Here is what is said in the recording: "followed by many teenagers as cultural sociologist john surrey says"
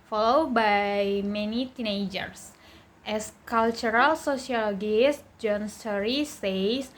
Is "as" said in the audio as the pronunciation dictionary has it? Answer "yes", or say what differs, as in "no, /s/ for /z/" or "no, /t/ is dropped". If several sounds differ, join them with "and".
no, /s/ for /z/